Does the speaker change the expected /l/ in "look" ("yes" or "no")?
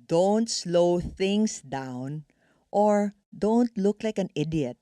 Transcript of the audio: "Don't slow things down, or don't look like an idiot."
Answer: no